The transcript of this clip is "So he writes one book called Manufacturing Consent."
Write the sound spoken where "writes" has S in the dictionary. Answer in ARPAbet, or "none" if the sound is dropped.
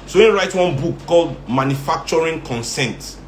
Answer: none